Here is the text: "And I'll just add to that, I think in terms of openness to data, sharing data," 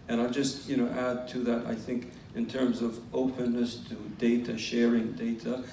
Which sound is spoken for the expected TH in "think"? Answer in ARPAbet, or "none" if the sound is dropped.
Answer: TH